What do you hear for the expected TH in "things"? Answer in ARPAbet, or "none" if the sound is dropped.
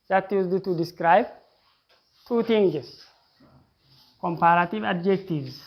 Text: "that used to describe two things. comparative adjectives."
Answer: T